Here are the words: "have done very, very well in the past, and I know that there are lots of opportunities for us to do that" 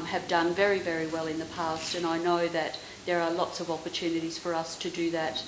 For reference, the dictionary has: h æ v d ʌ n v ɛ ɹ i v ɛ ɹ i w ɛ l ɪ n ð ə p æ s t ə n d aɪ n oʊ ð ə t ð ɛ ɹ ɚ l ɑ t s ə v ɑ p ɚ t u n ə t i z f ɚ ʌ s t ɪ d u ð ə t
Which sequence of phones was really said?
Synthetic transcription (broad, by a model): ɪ v d ʌ n v ɛ ɹ i v ɛ ɹ i w ɛ l ɪ n ð ə p æ s t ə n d aɪ n oʊ ð ə t ð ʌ ɹ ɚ l ɑ t s ə v ɑ p ɚ t u n ə t i z f ɚ ʌ s t ɪ d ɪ ð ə t